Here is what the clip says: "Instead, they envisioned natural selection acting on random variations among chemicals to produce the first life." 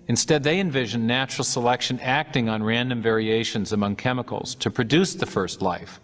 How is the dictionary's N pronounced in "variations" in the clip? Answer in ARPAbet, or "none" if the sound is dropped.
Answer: N